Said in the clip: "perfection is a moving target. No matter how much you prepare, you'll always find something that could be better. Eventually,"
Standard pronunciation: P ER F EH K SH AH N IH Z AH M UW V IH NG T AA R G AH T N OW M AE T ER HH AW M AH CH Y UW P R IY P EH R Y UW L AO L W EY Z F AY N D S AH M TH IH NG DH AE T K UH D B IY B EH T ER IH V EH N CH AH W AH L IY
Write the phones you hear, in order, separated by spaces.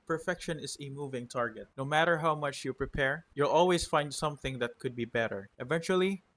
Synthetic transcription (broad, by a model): P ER F EH K SH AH N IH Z AH M UW V IH NG T AA R G AH T N OW M AE T ER HH AW M AH CH Y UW P R IY P EH R Y UW L AO L W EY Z F AY N D S AH M TH IH NG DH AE T K UH D B IY B EH T ER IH V EH N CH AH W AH L IY